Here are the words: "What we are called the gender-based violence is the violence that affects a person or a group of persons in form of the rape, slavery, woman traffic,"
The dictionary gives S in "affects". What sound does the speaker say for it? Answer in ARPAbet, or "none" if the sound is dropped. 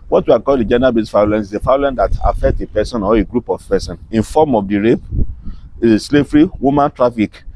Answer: none